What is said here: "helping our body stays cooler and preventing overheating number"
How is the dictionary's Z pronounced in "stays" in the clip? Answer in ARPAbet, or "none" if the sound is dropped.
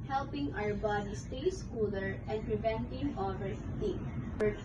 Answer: S